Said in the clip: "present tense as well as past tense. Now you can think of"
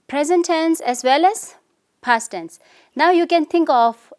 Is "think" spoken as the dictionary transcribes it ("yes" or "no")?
no